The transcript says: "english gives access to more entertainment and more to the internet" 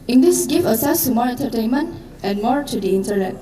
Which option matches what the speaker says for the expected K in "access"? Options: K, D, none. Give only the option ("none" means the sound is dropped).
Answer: none